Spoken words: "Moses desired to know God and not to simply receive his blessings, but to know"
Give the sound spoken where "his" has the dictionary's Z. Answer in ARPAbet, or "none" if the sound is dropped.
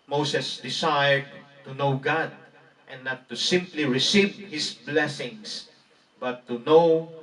S